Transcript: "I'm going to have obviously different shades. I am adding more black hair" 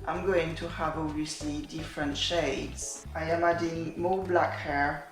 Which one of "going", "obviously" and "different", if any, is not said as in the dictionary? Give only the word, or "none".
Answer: obviously